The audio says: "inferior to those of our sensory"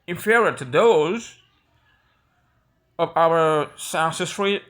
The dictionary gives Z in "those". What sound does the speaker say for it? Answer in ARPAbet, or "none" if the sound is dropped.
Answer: Z